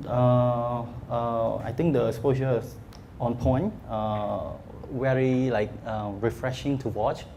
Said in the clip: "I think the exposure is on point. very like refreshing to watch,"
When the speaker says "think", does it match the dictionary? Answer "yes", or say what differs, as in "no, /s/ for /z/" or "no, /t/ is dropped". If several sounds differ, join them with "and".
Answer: no, /t/ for /θ/